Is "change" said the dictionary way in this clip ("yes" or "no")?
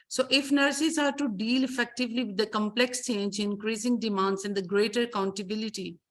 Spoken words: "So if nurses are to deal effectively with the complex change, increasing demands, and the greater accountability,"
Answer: yes